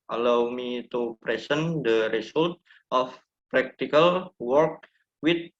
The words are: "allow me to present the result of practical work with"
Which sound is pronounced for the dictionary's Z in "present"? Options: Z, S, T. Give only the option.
S